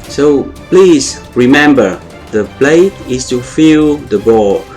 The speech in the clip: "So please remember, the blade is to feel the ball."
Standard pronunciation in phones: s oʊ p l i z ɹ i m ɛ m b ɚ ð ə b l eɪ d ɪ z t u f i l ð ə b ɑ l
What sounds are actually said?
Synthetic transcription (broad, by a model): s oʊ p l i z ɹ i m ɛ m b ɚ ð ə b l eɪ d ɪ s t u f i l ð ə b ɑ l